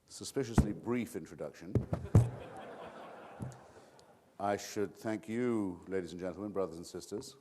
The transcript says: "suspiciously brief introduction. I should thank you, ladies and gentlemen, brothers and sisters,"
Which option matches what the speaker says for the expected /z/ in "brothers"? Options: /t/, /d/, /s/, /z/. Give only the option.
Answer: /z/